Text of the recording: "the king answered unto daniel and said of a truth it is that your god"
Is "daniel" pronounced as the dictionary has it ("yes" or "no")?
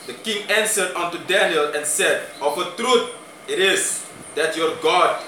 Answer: yes